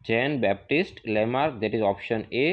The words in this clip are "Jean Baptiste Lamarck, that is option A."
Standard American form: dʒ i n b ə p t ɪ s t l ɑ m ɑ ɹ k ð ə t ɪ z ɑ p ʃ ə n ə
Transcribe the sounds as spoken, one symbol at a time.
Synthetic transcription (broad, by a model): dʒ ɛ n b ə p t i s t l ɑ m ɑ ɹ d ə t ɪ z ɑ p ʃ ə n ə